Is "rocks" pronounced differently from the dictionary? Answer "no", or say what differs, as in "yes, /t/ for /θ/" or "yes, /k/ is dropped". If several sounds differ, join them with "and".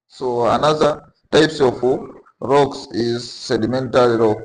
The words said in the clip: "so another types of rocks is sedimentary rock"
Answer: no